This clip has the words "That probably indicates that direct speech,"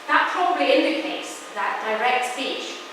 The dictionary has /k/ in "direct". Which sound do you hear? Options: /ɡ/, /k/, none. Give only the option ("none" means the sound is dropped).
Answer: /k/